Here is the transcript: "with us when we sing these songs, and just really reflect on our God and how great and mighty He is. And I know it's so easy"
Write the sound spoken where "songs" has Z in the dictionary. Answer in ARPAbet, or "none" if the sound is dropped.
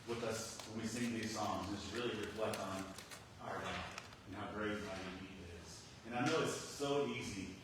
Z